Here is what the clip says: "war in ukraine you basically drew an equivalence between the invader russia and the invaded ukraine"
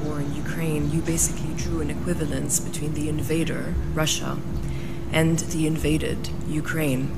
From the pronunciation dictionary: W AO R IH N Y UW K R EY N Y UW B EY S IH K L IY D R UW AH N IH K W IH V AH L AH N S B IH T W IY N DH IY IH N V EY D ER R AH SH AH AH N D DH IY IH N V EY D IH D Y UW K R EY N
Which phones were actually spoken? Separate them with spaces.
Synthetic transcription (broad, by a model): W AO R IH N Y UW K R EY N Y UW B EY S IH K L IY D R UW AH N IH K W IH V AH L AH N S B IH T W IY N DH IY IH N V EY D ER R AH SH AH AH N DH IY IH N V EY D IH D Y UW K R EY N